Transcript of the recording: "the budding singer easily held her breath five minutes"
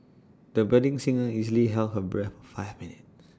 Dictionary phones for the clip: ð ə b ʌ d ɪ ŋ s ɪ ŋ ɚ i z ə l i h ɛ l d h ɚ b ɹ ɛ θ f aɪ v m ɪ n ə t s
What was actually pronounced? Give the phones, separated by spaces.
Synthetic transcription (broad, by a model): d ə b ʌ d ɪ ŋ s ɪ ŋ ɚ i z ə l i h ɛ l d h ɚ b ɹ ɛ f f aɪ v m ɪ n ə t